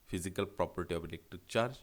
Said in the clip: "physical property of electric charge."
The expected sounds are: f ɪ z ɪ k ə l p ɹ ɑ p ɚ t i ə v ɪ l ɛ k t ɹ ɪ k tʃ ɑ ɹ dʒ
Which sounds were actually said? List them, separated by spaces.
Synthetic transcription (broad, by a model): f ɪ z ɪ k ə l p ɹ ɑ p ɚ t i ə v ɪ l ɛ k t ɪ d tʃ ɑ ɹ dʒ